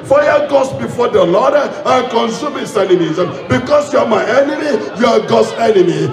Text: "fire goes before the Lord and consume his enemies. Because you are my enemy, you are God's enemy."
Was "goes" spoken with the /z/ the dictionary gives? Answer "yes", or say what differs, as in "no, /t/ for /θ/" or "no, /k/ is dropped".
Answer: no, /s/ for /z/